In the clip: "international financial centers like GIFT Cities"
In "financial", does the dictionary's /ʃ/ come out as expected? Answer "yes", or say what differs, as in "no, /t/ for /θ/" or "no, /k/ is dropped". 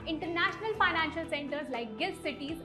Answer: yes